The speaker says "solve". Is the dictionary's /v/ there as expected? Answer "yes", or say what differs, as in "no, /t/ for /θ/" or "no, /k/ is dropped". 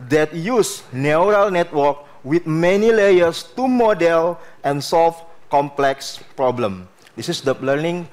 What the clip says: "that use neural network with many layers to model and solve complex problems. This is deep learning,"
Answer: no, /f/ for /v/